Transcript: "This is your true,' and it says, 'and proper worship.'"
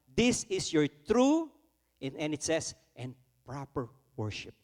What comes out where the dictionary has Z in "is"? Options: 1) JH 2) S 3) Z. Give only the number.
2